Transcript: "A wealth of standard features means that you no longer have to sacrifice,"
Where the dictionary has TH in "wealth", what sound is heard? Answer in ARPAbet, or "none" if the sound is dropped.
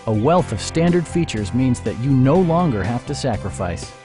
TH